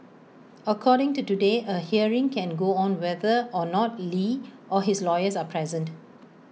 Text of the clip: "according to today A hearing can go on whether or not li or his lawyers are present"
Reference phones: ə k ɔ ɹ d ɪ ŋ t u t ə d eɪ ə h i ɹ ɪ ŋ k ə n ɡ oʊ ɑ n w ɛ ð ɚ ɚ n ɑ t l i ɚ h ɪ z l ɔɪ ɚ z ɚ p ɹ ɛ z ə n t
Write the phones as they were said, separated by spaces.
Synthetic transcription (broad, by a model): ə k ɔ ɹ d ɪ ŋ t u t ə d eɪ ə h i ɹ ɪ ŋ k ə n ɡ oʊ ɑ n w ɛ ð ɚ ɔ n ɑ t l i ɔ h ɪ s l ɔɪ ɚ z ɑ p ɹ ɛ z ə n t